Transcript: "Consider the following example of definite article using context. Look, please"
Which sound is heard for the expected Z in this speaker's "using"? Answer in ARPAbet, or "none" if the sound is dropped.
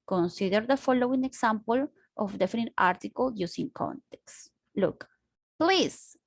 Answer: S